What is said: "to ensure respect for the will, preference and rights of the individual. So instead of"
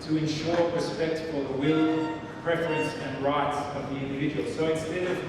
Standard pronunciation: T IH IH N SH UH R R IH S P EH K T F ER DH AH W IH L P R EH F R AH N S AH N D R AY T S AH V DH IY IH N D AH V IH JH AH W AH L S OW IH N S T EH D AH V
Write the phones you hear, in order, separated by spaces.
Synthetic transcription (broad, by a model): T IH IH N SH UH R R IH S P EH K T F ER DH AH W IH L P R EH F R AH N S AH N R AY T S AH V DH IY IH N D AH V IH JH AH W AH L S OW IH N S T EH D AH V